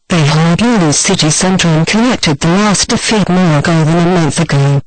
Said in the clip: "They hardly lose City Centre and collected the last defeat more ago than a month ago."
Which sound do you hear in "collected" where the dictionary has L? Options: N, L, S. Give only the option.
N